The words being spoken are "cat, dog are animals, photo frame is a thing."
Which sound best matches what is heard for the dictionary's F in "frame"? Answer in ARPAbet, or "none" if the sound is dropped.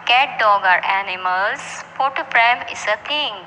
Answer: P